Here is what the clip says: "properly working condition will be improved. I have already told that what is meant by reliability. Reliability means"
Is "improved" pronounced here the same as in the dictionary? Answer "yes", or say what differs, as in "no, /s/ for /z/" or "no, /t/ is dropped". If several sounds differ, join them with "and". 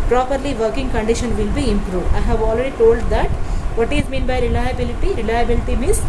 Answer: no, /d/ is dropped